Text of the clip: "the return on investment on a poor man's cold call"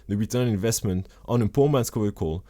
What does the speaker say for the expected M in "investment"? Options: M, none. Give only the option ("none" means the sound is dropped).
M